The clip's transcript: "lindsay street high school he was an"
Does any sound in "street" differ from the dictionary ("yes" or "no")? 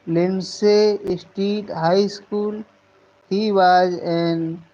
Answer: yes